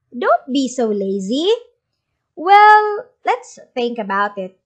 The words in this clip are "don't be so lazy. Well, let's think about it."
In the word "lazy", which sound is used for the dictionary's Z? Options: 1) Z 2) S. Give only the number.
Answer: 1